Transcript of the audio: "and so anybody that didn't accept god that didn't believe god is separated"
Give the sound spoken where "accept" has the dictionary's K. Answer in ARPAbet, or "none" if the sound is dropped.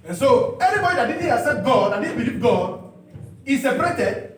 none